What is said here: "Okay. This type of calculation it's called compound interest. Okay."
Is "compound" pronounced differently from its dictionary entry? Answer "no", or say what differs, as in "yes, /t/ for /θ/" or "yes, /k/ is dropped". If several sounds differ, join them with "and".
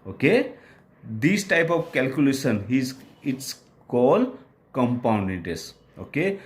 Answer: no